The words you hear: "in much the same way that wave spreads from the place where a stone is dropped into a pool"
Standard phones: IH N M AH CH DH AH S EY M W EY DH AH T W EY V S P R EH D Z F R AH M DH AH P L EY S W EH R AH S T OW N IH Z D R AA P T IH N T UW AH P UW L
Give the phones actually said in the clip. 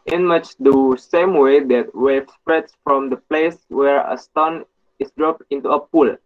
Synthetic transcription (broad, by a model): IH N M AH CH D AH S EY M W EY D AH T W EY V S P R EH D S F R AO M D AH P L EY S W EH R AH S T OW N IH S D R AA P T IH N T UW AH P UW L